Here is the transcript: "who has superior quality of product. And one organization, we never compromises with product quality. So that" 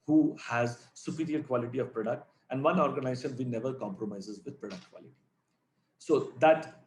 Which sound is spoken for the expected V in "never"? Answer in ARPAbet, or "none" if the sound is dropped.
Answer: V